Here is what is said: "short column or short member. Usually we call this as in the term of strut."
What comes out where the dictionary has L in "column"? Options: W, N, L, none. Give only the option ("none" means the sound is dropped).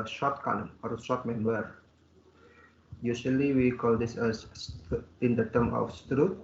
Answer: N